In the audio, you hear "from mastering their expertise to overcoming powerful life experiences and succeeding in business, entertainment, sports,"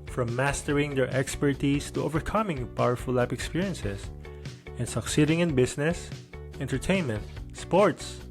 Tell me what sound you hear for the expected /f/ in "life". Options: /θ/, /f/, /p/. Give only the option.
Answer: /p/